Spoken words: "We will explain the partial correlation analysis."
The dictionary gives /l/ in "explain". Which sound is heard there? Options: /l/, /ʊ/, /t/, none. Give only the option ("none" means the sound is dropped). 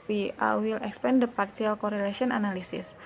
none